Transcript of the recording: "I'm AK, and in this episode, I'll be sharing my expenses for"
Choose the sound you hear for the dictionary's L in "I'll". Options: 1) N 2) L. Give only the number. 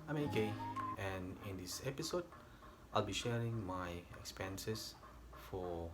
2